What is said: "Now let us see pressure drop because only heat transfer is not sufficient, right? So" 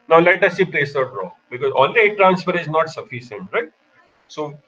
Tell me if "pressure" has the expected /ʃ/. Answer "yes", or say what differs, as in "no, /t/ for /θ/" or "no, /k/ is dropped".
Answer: no, /s/ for /ʃ/